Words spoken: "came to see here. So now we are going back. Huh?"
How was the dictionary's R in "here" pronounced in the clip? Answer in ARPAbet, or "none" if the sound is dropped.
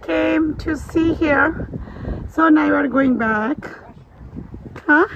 R